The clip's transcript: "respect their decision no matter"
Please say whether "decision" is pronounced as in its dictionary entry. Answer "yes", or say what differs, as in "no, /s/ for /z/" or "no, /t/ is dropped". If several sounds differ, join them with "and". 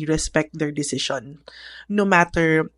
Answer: no, /ʃ/ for /ʒ/